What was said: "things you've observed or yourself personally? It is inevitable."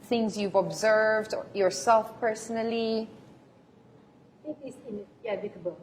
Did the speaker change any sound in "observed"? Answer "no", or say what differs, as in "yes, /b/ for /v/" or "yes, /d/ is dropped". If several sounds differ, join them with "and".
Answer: no